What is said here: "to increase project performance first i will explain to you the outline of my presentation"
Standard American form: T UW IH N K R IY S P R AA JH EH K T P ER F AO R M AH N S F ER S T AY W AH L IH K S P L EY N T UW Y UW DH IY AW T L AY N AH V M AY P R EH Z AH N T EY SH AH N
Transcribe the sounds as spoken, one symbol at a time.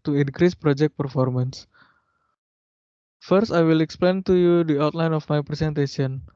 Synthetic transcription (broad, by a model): T UW IH N K R IY S P R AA JH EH K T P ER F AO R M AH N S F ER S T AY W AH L IH K S P L EY N T UW Y UW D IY AW T L AY N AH F M AY P R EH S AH N T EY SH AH N